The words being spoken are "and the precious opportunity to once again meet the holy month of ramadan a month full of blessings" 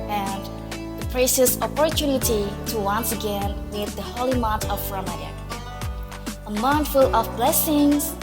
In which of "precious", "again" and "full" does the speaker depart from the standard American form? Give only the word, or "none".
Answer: precious